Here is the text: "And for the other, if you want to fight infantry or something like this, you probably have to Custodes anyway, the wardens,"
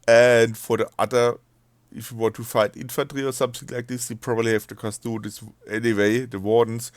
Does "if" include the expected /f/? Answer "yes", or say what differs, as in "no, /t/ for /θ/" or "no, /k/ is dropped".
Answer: yes